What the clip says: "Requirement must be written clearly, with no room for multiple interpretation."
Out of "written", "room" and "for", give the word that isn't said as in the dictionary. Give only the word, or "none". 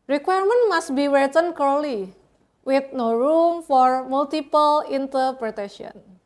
written